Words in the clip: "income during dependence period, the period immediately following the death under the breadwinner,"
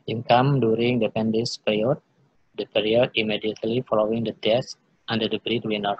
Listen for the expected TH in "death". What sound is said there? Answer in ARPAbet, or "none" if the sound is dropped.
S